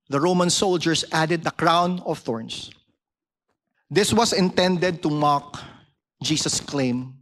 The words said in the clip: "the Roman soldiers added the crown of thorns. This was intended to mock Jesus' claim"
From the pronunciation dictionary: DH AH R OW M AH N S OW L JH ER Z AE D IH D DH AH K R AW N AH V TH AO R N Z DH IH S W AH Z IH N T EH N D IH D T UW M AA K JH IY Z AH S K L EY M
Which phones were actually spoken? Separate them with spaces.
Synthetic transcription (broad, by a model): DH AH R OW M AH N S OW L JH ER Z AE D IH D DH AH K R AW N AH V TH AO R N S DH IH S W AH S IH N T EH N D IH D T UW M AA K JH IY S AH S K L EY M